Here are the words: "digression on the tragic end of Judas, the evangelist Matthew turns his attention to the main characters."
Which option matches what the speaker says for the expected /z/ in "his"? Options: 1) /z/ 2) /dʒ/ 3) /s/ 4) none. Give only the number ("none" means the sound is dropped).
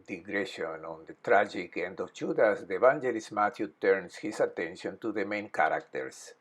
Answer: 3